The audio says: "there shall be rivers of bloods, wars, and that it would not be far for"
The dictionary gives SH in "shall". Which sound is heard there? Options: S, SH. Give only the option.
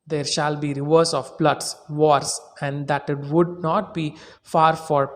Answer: SH